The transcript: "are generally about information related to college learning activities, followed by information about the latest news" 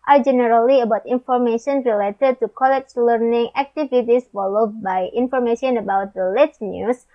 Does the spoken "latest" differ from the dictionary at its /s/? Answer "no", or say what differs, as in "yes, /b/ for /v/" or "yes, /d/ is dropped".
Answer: yes, /s/ is dropped